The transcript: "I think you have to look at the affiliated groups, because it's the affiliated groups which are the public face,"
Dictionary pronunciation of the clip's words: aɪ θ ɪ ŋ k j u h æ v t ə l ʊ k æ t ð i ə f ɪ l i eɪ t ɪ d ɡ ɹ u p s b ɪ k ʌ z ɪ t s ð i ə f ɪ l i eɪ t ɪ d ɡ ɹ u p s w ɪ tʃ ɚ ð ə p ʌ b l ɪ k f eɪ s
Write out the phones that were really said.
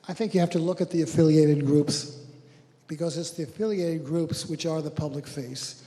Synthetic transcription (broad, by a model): aɪ θ ɪ ŋ k j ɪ h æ f t ə l ʊ k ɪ t ð i ə f ɪ l i eɪ t ɪ d ɡ ɹ u p s b ɪ k ʌ z ɪ t s ð i ə f ɪ l i eɪ t ɪ d ɡ ɹ u p s w ɪ tʃ ɚ ð ə p ʌ b l ɪ k f eɪ s